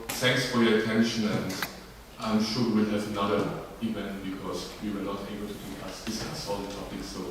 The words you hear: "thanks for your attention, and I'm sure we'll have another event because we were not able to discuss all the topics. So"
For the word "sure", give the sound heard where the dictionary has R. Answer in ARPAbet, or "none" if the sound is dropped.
W